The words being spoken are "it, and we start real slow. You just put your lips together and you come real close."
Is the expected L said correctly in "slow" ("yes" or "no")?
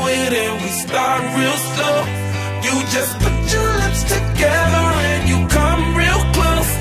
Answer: no